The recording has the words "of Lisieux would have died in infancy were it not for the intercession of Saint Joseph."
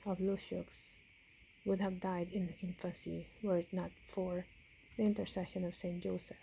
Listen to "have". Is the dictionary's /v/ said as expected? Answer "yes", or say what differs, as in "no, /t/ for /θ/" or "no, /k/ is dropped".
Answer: yes